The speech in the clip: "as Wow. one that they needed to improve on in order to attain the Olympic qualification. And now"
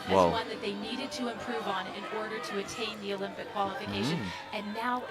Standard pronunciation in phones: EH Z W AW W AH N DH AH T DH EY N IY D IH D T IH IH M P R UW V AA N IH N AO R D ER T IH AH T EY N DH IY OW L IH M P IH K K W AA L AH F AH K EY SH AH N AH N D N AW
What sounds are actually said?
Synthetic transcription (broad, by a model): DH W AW W AH N DH AH T DH EY N IY D IH D T IH IH M P R UW V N IH N AO R D ER T IH AH T EY N DH IY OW L IH M P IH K K W AA L AH F AH K EY SH AH N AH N N AW